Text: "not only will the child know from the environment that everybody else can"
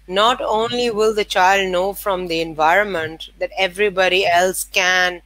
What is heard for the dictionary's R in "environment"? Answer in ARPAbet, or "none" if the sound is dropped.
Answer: R